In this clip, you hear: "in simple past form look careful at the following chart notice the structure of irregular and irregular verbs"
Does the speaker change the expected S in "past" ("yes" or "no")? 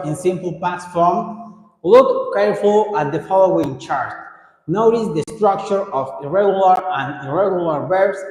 yes